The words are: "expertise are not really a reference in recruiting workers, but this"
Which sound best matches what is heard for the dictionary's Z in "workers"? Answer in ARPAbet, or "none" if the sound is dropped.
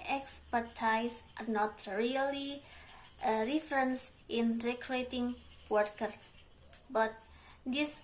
none